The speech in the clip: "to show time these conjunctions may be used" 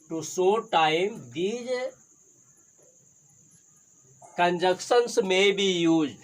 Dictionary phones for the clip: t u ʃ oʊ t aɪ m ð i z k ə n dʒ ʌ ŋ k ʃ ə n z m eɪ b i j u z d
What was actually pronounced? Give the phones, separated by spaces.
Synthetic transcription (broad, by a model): t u s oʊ t aɪ m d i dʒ k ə n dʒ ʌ k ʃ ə n s m eɪ b i j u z